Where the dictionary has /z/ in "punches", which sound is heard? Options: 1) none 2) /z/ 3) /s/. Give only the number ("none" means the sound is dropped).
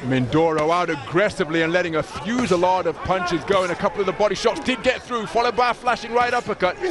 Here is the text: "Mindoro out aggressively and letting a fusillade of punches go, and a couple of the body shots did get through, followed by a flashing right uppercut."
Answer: 2